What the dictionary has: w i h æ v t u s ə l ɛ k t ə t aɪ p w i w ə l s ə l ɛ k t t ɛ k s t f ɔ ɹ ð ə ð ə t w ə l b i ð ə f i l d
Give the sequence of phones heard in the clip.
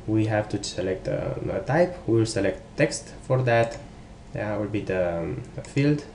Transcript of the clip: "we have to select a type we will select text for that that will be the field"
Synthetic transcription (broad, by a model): w i h æ v t u s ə l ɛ k t ə t aɪ p w i w ə l s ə l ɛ k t t ɛ k s t f ɔ ɹ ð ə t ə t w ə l b i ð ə f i l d